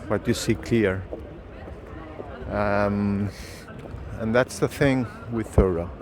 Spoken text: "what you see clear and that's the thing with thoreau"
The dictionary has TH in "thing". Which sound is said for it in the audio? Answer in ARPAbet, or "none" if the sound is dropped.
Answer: TH